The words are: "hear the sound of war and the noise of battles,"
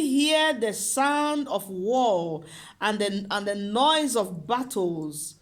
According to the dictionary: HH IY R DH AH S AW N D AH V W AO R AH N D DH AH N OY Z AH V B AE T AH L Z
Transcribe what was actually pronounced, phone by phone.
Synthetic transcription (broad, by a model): HH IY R DH AH S AW N D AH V W AO L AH N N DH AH N OY Z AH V B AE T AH L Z